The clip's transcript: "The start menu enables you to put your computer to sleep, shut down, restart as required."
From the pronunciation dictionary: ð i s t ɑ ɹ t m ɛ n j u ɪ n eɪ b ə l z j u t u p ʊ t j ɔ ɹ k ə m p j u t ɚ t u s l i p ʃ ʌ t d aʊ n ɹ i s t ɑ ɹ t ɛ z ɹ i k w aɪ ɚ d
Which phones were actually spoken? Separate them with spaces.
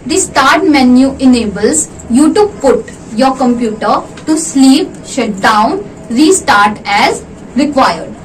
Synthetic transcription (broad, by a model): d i s t ɑ ɹ t m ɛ n j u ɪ n eɪ b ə l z j u t u p ʊ t j ɔ ɹ k ə m p j u t ɚ t u s l i p ʃ ʌ t d aʊ n ɹ i s t ɑ ɹ t ɛ z ɹ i k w aɪ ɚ d